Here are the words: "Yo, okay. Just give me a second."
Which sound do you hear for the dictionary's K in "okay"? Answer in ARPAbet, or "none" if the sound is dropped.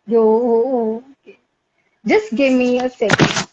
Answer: none